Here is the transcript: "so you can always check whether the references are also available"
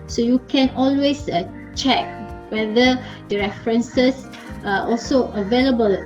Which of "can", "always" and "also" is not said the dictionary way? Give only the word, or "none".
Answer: always